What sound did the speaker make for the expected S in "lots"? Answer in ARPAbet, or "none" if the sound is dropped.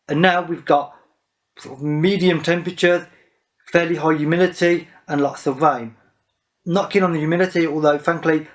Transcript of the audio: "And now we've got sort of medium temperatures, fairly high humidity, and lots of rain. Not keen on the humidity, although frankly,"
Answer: S